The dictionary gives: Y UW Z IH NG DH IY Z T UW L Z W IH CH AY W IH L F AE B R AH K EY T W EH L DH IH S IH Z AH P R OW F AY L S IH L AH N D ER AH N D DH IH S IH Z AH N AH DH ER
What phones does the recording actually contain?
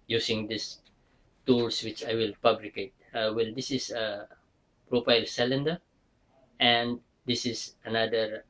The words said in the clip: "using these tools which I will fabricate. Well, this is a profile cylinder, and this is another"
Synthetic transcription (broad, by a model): Y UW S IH NG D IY S T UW L S W IH CH AY W IH L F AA B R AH K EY T W EH L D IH S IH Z AH P R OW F AY L S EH L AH N D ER AH N D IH S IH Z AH N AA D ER